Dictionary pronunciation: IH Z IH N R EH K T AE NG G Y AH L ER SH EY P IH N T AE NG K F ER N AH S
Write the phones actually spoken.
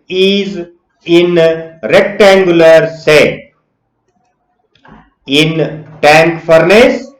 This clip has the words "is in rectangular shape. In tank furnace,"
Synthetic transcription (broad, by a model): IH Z IH N R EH K T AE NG G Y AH L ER S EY IH N T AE NG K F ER N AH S